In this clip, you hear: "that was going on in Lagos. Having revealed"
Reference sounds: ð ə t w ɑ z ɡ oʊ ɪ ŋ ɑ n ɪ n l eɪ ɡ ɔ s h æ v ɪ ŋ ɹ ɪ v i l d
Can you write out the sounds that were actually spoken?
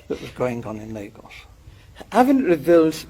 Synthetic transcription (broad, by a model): ð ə t w ɑ z ɡ oʊ ɪ ŋ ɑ n ɪ n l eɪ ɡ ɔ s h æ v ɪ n ɹ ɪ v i l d